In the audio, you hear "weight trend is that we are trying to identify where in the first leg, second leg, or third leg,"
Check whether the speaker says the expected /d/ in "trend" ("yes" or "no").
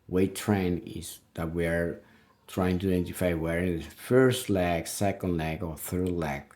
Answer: no